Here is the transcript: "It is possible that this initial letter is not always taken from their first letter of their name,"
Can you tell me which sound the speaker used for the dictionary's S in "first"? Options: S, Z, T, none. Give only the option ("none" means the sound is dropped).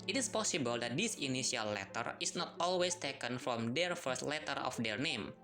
S